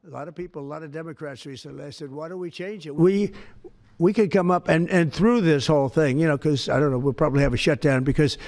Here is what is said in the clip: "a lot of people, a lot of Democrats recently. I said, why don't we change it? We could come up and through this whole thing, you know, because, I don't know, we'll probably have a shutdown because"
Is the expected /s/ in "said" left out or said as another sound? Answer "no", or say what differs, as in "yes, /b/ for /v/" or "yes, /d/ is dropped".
no